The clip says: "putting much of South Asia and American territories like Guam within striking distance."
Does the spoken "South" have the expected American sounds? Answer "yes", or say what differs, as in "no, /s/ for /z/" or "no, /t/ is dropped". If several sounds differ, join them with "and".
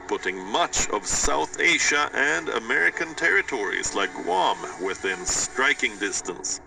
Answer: yes